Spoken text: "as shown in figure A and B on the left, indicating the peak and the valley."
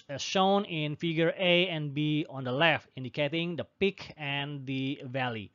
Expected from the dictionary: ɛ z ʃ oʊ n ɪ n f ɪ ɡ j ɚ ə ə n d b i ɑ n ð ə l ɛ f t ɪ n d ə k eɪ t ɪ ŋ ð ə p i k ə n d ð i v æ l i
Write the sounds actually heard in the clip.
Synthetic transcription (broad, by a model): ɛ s ʃ oʊ n ɪ n f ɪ ɡ j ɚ ə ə n b i ɑ n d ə l ɛ f t ɪ n d ə k eɪ t ɪ ŋ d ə p i k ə n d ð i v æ l i